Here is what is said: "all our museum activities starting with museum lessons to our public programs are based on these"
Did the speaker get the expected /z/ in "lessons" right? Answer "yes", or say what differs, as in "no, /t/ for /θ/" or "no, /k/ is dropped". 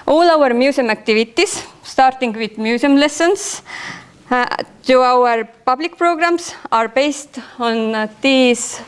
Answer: no, /s/ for /z/